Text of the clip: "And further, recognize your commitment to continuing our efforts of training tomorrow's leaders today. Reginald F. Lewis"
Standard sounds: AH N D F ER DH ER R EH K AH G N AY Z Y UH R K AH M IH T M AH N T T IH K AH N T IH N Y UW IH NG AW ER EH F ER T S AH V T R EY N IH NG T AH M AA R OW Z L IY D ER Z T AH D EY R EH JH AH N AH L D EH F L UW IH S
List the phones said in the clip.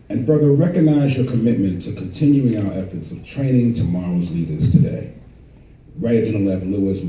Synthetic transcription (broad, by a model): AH N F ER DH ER R EH K AH G N AY Z Y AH R K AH M IH T M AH N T T IH K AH N T IH N Y UW IH NG AW ER EH F ER T S AH V T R EY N IH NG T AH M AA R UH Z L IY D ER Z T AH D EY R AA AH AH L EH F L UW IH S